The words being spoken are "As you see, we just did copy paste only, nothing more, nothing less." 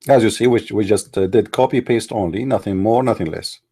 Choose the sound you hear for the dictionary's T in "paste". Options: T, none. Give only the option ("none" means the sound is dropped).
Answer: T